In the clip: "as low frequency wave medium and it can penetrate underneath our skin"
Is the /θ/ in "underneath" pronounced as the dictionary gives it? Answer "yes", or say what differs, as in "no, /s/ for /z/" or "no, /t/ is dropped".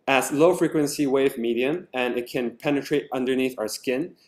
yes